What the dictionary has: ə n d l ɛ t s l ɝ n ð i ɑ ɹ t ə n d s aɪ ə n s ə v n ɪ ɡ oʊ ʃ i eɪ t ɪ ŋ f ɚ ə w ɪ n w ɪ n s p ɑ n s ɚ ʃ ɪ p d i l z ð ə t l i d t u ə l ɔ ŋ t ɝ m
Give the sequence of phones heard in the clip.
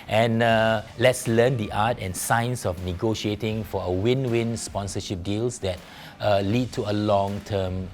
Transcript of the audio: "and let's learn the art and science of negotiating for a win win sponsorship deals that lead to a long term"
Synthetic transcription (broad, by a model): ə n l ɛ t s l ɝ n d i ɑ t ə n s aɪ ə n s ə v n ɪ ɡ oʊ ʃ i eɪ t ɪ ŋ f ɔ ə w ɪ n w ɪ n s p ɑ n s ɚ ʃ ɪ p d i l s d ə t l i d t u ə l ɔ ŋ t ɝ m